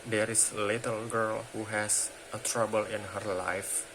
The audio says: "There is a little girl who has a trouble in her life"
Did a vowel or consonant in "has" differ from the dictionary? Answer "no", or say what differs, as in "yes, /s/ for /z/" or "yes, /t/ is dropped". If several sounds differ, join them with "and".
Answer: yes, /s/ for /z/